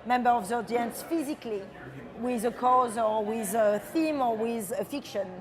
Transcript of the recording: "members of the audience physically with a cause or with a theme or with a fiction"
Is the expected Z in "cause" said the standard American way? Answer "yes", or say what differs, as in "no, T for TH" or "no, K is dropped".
yes